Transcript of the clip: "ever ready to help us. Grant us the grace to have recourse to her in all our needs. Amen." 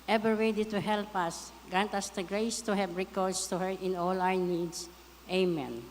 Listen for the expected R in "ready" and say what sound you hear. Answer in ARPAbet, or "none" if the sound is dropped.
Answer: W